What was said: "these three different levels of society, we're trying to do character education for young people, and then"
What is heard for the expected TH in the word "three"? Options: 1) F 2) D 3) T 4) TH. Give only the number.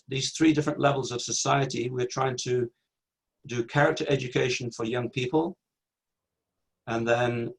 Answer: 4